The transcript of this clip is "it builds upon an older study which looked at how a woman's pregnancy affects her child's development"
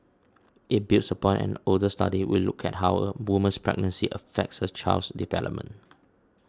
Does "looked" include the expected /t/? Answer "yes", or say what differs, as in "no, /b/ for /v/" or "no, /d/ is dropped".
no, /t/ is dropped